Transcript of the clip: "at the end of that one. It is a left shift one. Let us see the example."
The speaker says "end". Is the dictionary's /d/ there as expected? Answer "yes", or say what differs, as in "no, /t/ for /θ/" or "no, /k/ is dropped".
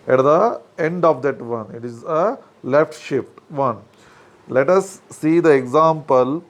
yes